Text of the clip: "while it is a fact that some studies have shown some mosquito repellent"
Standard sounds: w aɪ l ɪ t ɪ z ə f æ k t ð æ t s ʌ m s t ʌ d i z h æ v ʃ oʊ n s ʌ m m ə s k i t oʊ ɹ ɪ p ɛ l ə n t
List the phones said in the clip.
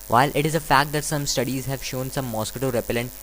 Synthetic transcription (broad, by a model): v aɪ l ɪ t ɪ z ə f æ k t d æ t s ʌ m s t ʌ d i z h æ v ʃ oʊ n s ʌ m m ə s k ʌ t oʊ ɹ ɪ p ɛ l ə n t